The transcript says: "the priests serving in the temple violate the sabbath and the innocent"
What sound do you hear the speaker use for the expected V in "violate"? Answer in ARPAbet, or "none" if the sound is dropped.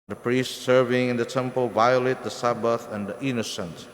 V